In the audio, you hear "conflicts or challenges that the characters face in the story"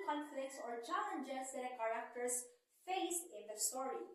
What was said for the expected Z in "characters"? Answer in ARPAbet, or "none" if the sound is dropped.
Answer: S